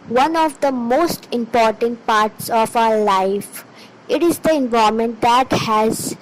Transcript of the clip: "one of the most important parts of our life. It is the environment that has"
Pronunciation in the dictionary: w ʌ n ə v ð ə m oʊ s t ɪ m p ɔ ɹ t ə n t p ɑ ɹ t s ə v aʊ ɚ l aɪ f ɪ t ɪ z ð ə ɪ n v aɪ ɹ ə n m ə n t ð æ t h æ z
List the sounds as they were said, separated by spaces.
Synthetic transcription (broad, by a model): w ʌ n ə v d ə m oʊ s t ɪ m p ɔ ɹ t ə n t p ɑ ɹ t s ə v aʊ ɚ l aɪ f ɪ t ɪ z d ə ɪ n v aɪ ə m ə n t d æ t h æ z